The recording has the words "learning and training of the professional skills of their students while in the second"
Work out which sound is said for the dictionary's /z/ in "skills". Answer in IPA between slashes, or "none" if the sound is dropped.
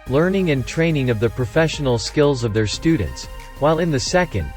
/z/